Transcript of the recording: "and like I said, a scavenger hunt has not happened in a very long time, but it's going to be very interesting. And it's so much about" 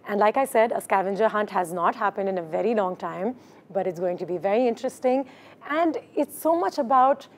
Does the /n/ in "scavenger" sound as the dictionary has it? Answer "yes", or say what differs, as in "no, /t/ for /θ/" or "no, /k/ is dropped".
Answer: yes